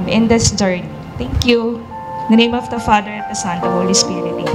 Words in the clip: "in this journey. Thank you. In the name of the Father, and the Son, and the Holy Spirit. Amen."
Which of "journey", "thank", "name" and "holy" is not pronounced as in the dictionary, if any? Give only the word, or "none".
thank